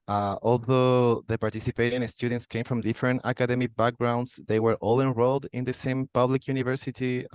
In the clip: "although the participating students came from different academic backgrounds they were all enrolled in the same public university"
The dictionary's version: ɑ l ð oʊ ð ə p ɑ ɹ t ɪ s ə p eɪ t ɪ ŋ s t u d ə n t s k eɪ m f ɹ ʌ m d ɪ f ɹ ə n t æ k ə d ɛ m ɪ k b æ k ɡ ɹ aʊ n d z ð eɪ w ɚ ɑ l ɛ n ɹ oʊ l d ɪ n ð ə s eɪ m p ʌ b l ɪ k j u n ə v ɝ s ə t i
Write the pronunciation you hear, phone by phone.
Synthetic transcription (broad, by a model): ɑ l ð oʊ ð ə p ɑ ɹ t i s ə p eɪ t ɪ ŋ s t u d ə n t s k eɪ m f ɹ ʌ m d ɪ f ɹ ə n t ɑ k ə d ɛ m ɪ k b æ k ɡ ɹ aʊ n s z ð eɪ w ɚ ɑ l ɛ n ɹ oʊ l d ɪ n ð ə s eɪ m p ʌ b l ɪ k j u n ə v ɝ s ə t i